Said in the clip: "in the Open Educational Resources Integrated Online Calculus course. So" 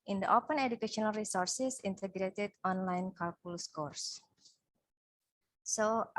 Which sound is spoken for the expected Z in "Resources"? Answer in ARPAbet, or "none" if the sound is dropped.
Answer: S